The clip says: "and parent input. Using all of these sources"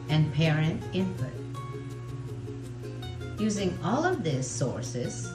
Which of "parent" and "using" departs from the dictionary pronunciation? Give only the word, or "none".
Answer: none